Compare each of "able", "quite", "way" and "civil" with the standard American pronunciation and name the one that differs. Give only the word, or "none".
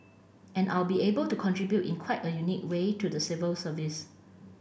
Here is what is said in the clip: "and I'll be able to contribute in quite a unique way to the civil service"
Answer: none